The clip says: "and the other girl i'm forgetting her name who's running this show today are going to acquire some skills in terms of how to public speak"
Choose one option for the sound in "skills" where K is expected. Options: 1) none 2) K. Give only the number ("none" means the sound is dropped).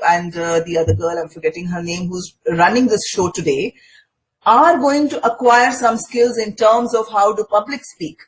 2